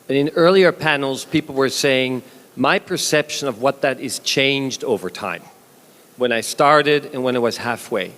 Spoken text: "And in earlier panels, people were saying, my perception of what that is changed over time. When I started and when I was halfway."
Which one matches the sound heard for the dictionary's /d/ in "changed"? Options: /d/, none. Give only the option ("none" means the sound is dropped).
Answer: /d/